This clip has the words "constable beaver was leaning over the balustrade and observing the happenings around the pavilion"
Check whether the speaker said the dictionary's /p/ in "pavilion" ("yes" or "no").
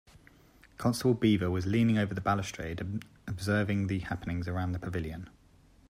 yes